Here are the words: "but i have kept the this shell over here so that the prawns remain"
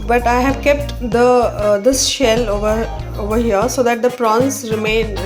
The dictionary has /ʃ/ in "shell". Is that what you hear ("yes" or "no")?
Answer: yes